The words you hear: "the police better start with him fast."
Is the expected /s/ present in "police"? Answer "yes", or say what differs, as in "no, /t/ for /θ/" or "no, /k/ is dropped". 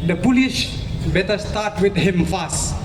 no, /ʃ/ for /s/